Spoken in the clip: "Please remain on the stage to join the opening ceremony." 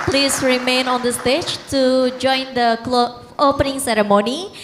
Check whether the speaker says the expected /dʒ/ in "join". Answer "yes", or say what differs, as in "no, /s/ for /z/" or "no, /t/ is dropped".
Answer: yes